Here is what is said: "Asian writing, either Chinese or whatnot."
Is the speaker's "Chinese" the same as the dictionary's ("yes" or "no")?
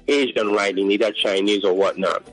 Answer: yes